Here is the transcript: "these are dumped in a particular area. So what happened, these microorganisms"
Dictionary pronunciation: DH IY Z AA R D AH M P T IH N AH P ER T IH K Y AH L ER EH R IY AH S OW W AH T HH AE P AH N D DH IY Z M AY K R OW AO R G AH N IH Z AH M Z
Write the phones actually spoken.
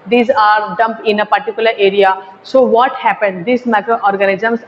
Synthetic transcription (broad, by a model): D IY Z AA R D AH M P IH N AH P ER T IH K Y AH L ER EH R IY AH S OW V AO T HH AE P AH N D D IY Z M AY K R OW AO R G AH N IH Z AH M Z